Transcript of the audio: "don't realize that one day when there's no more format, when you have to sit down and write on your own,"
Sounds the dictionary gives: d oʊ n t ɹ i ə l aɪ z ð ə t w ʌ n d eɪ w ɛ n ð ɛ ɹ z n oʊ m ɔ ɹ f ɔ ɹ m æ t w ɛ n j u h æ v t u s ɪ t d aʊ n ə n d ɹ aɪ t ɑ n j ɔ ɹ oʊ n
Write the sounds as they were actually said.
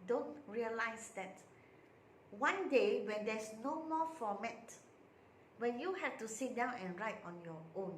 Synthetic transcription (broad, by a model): d oʊ n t ɹ i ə l aɪ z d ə t w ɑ n d eɪ w ɛ n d ɛ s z n oʊ m ɔ f ɔ m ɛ t w ɛ n j u h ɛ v t u s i t d aʊ n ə n ɹ aɪ t ɑ n j ɔ oʊ n